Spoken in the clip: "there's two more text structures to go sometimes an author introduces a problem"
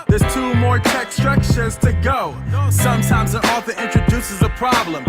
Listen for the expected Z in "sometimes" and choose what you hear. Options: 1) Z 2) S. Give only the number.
1